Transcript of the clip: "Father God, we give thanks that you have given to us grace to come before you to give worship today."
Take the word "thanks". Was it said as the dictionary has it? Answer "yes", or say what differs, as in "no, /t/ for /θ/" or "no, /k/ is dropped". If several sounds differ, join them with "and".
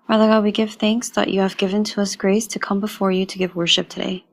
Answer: yes